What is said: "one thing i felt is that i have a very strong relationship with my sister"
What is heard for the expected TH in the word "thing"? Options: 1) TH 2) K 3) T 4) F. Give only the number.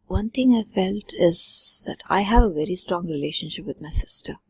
3